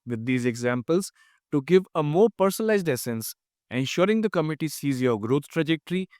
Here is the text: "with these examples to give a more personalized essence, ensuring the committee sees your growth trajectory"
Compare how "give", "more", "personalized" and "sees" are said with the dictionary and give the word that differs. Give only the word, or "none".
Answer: none